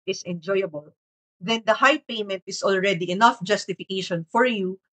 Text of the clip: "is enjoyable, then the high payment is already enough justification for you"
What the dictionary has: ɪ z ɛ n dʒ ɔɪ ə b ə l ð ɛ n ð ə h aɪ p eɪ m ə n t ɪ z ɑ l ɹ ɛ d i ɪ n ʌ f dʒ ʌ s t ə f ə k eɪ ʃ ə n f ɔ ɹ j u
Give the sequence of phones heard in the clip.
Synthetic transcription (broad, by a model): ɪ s ɛ n dʒ ɔɪ ə b ə l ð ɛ n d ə h aɪ p eɪ m ə n t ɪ s ɑ l ɹ ɛ d i ɪ n ʌ f dʒ ʌ s t ə f ə k eɪ ʃ ə n f ɔ ɹ j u